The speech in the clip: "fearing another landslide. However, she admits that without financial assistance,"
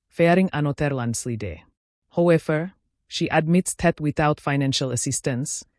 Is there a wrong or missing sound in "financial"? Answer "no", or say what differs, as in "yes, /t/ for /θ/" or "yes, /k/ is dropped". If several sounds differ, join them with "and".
no